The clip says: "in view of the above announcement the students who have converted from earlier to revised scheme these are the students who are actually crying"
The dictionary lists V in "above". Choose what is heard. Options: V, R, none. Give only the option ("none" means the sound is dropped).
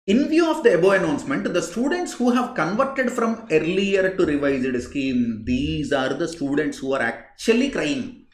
none